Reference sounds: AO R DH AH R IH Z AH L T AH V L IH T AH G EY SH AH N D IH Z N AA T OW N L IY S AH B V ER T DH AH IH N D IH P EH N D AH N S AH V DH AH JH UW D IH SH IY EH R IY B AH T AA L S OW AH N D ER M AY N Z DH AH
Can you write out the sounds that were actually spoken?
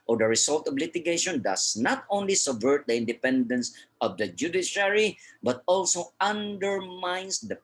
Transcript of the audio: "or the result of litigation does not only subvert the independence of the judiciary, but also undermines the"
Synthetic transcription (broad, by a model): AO R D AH R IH S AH L T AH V L IH T AH G EY SH AH N D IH S N AA T OW N L IY S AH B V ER T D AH IH N D IH P EH N D AH N S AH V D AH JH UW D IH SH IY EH R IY B AH T AA L S OW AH N D ER M AY N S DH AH